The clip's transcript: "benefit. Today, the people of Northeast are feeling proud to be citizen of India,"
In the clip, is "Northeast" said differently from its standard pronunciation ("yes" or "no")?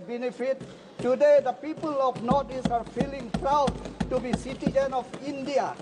yes